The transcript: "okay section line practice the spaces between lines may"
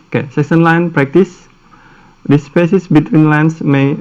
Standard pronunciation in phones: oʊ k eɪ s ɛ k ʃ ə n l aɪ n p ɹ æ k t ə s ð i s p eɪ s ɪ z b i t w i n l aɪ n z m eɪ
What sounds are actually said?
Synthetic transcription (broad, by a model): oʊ k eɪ s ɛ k s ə n l aɪ n p ɹ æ k t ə s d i s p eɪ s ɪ s b i t w i n l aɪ n s m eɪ